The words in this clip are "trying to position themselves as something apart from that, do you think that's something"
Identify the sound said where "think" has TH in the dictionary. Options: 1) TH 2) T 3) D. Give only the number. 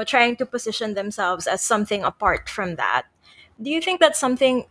1